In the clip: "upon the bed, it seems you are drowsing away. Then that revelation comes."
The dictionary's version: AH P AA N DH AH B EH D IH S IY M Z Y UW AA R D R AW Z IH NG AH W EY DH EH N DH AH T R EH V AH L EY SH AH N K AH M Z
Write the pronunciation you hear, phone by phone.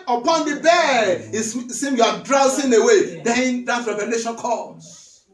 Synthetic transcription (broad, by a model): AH P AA N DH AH B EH IH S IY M Y UW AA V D R AW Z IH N AH W EY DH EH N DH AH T R EH V AH L EY SH AH N K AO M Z